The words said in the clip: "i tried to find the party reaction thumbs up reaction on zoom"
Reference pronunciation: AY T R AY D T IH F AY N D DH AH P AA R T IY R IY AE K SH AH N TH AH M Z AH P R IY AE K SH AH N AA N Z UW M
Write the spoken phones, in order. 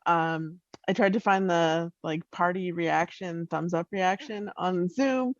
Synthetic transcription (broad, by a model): AY T R AY D T IH F AY N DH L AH P AA R T IY R IY AE K SH AH N TH AH M Z AH P R IY AE K SH AH N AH N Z UW M